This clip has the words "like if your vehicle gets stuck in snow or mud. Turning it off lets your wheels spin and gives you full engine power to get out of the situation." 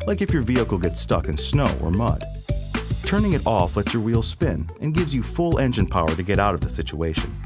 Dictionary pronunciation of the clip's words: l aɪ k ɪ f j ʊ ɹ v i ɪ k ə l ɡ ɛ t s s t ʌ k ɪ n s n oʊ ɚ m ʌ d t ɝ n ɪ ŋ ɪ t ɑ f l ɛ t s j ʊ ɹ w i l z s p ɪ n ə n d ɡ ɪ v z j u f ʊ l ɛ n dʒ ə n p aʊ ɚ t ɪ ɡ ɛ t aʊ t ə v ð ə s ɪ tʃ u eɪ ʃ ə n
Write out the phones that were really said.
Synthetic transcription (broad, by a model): l aɪ k ɪ f j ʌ ɹ v i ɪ k l ɡ ɛ t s s t ʌ k ɪ n s n oʊ ɚ m ʌ d t ɝ n ɪ ŋ ɪ t ɑ f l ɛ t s j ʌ ɹ w i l s p ɪ n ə n ɡ ɪ v z j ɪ f ʊ l ɛ n dʒ ə n p aʊ ɚ t ɪ ɡ ɛ t aʊ t ə v ð ə s ɪ tʃ u eɪ ʃ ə n